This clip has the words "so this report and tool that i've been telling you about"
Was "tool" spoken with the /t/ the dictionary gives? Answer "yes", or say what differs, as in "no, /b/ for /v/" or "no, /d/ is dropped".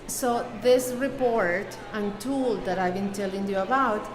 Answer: yes